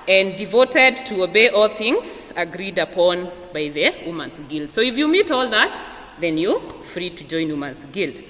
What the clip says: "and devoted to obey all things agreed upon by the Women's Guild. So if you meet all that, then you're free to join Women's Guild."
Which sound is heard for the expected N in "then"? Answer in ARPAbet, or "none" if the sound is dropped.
N